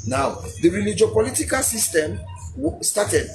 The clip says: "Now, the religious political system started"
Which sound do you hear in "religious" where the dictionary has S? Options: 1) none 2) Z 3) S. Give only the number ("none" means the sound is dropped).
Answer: 1